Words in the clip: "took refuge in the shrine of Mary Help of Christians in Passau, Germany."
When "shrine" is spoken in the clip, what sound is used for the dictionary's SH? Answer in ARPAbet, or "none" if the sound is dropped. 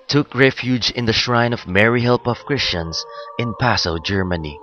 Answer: SH